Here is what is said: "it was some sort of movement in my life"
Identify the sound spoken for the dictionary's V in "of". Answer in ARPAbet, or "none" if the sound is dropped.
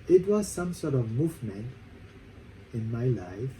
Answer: V